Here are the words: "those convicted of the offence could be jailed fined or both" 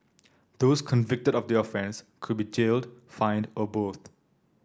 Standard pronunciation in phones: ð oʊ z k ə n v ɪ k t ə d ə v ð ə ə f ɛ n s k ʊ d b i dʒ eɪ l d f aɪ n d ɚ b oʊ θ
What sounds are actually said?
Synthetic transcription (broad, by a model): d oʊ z k ə n v ɪ k t ə d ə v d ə ə f ɛ n s k ʊ d b i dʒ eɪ l d f aɪ n d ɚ b oʊ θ